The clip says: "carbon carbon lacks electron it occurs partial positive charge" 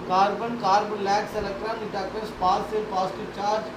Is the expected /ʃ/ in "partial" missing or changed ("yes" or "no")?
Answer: yes